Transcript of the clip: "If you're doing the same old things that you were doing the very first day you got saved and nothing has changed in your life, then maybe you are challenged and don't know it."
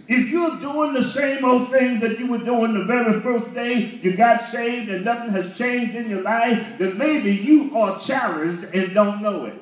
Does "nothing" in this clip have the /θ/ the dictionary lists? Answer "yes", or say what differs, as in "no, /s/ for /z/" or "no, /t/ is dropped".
yes